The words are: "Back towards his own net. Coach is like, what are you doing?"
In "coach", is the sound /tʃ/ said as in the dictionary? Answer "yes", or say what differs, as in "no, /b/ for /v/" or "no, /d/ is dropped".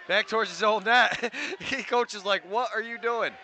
yes